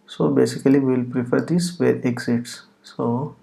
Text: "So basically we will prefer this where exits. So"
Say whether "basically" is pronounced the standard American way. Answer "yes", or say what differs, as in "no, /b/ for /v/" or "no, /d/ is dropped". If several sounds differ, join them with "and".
no, /l/ is dropped